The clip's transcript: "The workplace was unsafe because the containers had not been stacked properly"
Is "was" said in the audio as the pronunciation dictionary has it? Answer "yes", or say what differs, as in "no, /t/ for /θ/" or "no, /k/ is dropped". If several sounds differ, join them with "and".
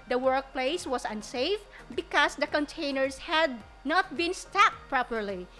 no, /s/ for /z/